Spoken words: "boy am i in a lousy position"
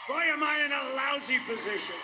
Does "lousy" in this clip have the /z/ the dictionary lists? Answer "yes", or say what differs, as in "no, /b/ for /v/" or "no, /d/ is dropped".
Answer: yes